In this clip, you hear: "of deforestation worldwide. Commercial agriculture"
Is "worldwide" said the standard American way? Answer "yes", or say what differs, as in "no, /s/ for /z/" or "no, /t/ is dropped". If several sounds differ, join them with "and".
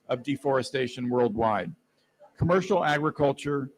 yes